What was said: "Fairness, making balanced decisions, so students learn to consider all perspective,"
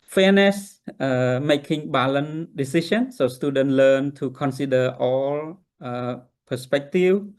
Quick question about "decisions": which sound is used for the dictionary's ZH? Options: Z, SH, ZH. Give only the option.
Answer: SH